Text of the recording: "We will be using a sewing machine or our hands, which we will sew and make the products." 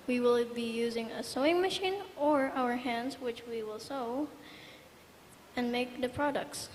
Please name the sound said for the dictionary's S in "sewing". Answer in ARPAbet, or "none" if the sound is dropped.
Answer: S